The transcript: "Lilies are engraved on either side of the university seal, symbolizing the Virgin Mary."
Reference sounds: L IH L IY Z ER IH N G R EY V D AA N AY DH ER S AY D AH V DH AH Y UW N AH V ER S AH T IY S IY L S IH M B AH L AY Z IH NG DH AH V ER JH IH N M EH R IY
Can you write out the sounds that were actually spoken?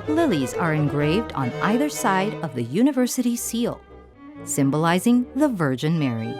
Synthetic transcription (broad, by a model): L IH L IY Z ER IH N G R EY V D N AY DH ER S AY D AH V DH AH Y UW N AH V ER S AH T IY S IY L S IH M B AH L AY Z IH NG DH AH V ER JH IH N M EH R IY